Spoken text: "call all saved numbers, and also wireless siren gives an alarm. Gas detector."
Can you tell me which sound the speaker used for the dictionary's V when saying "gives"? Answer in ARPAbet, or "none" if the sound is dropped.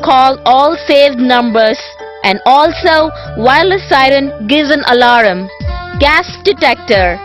none